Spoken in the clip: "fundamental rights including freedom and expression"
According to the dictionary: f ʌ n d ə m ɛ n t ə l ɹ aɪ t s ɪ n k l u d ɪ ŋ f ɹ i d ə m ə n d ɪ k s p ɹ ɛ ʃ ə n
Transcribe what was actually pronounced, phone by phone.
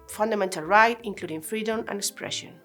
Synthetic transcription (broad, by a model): f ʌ n d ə m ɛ n t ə l ɹ aɪ t ɪ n k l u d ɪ ŋ f ɹ i d ə m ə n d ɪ k s p ɹ ɛ ʃ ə n